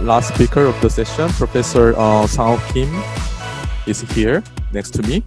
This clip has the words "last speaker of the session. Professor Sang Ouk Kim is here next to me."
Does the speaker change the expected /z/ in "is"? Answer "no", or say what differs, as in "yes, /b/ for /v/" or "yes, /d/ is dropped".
yes, /s/ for /z/